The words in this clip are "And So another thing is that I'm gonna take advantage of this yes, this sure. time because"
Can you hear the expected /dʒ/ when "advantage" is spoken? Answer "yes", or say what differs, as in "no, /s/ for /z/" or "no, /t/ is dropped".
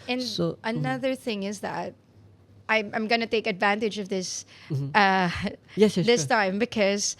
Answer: yes